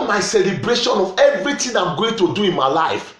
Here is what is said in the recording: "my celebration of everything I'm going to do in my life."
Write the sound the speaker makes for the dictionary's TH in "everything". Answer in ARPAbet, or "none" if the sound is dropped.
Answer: T